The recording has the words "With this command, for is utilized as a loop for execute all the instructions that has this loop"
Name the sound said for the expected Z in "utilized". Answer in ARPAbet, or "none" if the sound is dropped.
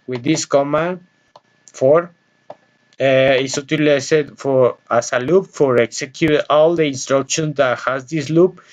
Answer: S